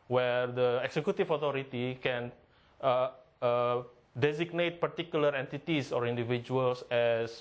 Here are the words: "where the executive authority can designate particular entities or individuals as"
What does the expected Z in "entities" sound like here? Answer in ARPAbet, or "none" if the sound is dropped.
S